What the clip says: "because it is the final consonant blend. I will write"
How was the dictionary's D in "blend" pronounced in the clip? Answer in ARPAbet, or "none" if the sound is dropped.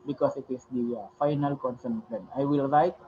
none